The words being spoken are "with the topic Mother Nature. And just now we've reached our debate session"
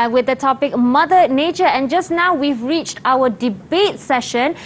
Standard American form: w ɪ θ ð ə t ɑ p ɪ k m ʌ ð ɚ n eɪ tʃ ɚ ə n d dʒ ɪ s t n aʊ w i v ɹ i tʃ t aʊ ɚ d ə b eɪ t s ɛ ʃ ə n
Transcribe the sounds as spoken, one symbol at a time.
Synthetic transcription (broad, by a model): w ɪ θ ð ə t ɑ p ɪ k m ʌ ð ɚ n eɪ tʃ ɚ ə n dʒ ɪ s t n aʊ w i v ɹ i tʃ t aʊ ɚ d ə b eɪ t s ɛ ʃ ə n